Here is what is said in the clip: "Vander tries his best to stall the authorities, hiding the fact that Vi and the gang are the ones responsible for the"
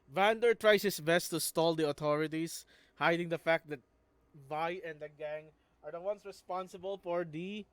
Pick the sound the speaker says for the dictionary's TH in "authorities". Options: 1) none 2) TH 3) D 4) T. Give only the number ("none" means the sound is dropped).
4